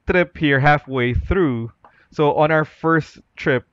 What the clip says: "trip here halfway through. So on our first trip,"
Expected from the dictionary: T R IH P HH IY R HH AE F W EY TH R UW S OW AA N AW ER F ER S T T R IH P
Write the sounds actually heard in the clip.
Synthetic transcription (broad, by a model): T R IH P HH IY R HH AE F W EY TH R UW S OW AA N AW ER F ER S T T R IH P